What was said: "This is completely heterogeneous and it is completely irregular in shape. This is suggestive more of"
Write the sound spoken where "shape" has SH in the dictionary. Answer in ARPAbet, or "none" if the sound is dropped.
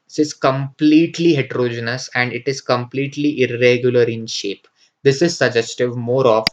SH